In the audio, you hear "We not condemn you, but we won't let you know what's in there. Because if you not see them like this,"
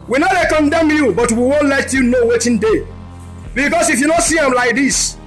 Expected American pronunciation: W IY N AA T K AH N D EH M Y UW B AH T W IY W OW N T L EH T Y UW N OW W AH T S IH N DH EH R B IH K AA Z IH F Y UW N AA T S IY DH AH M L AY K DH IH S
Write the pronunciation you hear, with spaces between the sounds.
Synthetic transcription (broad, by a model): W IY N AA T K AH N D EH M Y UW B AH T W IY W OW N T L EH T Y UW N OW W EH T IH N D EH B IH K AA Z IH F Y UW N AA T S IY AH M L AY K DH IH S